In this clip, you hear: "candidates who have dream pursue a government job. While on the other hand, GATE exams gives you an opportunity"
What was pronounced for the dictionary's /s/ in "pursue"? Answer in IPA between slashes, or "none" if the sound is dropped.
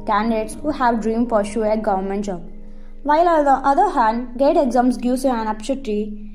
/ʃ/